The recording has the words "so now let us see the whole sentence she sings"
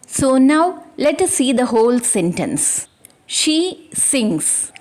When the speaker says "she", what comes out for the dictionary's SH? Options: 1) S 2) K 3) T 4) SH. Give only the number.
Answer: 4